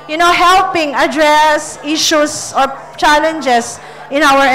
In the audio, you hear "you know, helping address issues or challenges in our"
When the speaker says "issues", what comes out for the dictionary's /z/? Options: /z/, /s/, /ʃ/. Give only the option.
/s/